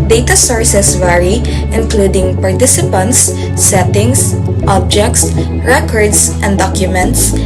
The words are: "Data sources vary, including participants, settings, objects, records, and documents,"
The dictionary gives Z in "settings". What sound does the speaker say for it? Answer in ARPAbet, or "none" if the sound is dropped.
S